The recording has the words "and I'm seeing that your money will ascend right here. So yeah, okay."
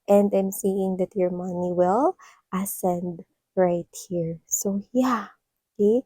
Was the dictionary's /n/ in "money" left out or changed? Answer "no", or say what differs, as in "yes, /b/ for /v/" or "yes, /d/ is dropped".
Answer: no